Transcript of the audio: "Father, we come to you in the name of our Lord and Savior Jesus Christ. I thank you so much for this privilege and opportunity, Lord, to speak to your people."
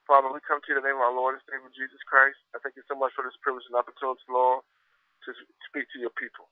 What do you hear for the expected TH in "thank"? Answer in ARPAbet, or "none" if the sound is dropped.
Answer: TH